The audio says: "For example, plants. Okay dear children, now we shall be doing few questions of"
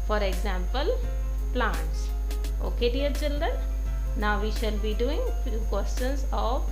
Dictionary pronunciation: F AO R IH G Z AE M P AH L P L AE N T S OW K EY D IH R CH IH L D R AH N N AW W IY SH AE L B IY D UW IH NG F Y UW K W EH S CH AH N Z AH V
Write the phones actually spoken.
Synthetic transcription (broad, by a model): F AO R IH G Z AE M P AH L P L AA N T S OW K EY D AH R CH IH L D R AH N N AW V IY SH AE L B IY D UW IH NG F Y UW K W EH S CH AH N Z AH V